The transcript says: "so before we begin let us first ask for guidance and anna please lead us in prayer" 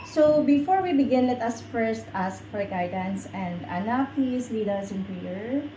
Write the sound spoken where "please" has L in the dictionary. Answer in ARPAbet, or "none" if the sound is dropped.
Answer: none